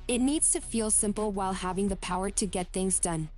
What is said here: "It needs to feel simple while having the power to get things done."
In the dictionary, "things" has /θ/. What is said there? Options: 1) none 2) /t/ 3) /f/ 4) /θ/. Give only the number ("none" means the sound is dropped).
4